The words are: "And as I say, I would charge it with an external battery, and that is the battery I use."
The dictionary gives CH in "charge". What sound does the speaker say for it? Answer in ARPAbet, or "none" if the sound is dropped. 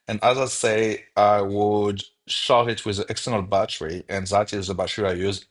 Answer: SH